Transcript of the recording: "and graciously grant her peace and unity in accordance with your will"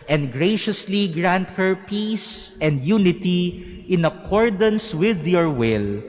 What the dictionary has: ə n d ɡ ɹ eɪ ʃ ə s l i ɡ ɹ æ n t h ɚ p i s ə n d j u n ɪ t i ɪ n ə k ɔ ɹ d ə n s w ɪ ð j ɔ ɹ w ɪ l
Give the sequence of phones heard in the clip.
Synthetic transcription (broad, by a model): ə n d ɡ ɹ eɪ ʃ ə s l i ɡ ɹ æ n t h ɚ p i s ə n d j u n ɪ t i ɪ n ə k ɔ ɹ d ə n s w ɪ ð j ɔ ɹ w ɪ l